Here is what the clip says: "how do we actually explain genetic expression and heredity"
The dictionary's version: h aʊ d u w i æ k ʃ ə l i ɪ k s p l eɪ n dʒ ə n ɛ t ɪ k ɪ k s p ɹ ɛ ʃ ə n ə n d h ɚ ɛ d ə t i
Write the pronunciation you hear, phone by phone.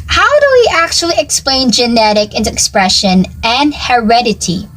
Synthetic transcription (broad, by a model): h aʊ d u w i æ k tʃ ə l i ɪ k s p l eɪ n dʒ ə n ɛ t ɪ k ɪ k s p ɹ ɛ ʃ ə n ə n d h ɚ ɛ d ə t i